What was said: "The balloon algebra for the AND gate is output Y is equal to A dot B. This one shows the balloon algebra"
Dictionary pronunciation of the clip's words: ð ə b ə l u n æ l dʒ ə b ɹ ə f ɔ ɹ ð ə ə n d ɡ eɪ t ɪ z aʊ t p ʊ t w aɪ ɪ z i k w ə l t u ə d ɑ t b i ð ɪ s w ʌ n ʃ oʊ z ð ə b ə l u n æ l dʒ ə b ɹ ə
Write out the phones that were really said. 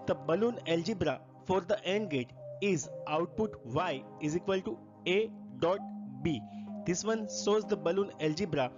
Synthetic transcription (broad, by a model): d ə b ə l u n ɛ l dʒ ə b ɹ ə f ɔ ɹ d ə ə n d ɡ eɪ t ɪ z aʊ t p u t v aɪ ɪ z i k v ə l t u ə d ɑ t b i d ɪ s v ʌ n s oʊ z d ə b ə l u n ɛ l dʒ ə b ɹ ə